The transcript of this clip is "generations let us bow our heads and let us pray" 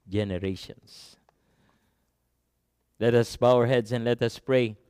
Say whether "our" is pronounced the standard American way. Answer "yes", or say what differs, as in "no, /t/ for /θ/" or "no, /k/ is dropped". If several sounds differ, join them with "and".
yes